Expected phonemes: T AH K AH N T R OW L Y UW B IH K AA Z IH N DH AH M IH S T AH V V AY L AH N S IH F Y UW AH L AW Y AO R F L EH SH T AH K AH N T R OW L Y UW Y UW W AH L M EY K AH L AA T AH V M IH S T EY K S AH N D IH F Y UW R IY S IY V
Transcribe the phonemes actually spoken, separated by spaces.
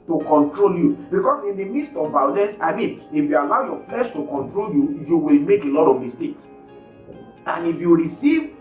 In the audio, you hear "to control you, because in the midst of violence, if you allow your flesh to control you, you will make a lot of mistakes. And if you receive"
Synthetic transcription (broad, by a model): T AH K AH N T R OW L Y UW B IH K AA S IH N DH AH M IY S T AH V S AY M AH N IH F Y UW AH L AW Y AO F L EH SH T AH K AH N T R OW L Y UW Y UW W AH L M EY K AH L AA T AH V M IH S T EY K S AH N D IH F Y UW R IY S IY V